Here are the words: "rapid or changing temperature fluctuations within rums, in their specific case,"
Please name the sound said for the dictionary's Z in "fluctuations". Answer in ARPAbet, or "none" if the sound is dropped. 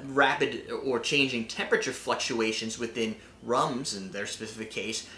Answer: Z